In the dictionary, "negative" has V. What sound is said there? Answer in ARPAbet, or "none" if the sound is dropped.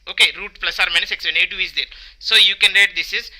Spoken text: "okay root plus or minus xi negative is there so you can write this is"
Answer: none